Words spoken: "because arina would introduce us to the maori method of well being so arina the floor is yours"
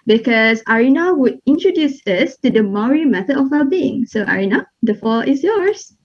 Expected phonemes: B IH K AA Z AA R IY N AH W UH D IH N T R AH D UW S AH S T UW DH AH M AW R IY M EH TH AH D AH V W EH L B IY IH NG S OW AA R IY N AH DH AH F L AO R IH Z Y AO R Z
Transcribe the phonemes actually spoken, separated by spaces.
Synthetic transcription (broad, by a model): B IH K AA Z AA R IY N AH W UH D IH N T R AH D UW S AH S T UW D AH M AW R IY M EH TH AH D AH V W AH B IY IH NG S OW AA R IY N AH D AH F AO L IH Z Y AO R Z